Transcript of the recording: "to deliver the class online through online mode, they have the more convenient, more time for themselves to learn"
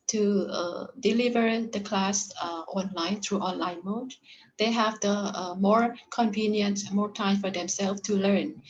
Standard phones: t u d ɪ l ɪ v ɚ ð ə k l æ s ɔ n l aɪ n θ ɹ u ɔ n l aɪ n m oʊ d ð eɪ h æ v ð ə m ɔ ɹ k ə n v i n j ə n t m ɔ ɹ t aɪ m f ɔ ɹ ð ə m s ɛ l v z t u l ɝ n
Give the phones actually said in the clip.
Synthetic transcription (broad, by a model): t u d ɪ l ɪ v ɚ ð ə k l æ s ɔ n l aɪ n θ ɹ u ɔ n l aɪ n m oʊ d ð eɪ h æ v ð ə m ɔ ɹ k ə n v i n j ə n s m ɔ ɹ t aɪ m f ɔ ɹ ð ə m s ɛ l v t u l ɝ n